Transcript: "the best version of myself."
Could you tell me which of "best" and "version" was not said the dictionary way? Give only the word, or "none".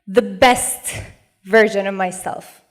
none